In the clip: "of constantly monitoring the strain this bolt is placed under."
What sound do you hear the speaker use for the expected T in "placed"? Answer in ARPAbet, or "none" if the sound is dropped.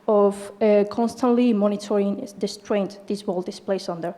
none